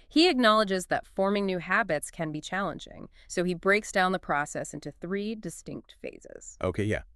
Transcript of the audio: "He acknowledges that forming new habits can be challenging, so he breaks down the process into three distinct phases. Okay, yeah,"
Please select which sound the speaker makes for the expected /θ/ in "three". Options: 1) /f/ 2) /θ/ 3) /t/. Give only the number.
2